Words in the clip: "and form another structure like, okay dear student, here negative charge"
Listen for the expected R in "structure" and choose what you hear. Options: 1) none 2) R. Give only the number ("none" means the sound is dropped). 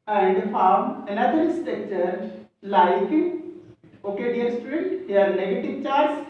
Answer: 1